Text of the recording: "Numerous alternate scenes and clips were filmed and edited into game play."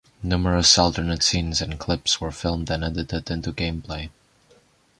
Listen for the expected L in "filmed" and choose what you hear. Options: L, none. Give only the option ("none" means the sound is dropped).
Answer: L